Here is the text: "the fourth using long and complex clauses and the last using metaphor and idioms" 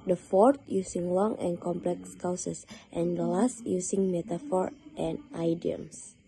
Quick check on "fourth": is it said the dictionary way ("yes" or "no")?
no